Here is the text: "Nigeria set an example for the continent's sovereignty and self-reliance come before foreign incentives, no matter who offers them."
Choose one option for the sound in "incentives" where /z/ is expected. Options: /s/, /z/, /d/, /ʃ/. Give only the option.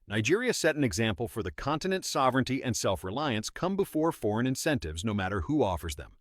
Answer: /z/